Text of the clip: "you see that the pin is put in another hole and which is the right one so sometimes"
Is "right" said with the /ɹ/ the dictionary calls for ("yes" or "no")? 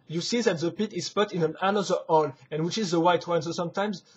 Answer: no